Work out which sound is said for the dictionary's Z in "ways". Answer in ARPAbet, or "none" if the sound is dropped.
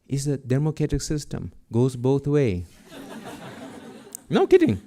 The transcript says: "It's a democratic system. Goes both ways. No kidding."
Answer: none